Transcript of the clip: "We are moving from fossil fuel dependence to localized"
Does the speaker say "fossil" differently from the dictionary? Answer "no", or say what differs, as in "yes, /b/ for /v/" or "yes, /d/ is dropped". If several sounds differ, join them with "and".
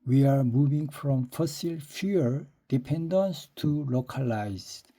no